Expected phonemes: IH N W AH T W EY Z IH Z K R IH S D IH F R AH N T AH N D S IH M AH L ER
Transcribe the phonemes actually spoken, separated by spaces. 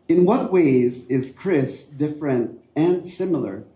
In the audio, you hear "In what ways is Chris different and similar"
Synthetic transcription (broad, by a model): IH N W AH T W EY Z IH Z K R IH S D IH F R AH N T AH N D S IH M L ER